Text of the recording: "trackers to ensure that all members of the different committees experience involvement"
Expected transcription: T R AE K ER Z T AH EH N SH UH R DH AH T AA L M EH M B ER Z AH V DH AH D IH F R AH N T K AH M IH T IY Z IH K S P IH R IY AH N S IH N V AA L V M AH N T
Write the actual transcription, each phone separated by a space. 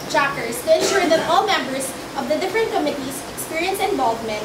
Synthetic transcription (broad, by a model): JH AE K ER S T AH EH N SH UH R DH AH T AA L M EH M B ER S AH V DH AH D IH F R AH N T K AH M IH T IY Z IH K S P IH R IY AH N S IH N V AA L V M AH N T